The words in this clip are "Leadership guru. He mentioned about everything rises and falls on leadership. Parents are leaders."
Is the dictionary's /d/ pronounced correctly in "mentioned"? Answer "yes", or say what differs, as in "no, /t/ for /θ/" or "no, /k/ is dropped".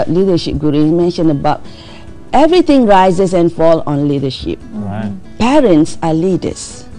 no, /d/ is dropped